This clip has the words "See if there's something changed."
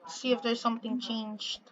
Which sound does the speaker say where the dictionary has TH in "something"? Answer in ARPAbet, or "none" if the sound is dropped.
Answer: TH